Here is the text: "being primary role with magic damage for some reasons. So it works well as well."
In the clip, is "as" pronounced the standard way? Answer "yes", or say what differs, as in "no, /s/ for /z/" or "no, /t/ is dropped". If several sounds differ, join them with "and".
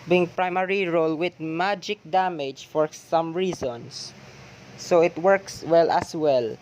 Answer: no, /s/ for /z/